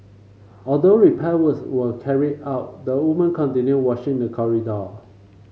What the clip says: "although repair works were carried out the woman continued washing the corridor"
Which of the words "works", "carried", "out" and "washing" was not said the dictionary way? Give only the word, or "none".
works